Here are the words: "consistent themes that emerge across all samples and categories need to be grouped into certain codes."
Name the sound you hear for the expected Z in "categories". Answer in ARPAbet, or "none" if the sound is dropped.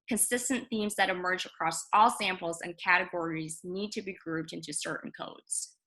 Z